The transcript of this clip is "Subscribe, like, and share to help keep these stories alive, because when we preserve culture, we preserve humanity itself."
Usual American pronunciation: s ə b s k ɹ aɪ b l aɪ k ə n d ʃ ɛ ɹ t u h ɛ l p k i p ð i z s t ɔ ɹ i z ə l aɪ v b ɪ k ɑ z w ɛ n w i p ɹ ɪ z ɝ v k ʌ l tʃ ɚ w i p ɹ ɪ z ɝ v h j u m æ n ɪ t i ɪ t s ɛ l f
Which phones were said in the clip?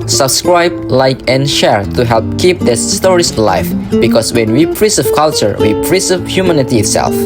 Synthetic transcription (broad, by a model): s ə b s k ɹ aɪ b l aɪ k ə n ʃ ɛ ɹ t u h ɛ l p k i p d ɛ s t ɔ ɹ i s l aɪ f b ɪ k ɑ s w ɛ n w i p ɹ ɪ s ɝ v k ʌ l tʃ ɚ w i p ɹ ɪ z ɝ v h j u m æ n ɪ t i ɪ t s ɛ l f